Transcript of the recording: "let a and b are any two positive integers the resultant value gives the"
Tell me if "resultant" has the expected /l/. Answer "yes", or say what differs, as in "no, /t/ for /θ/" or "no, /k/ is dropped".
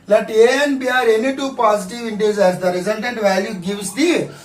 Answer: no, /n/ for /l/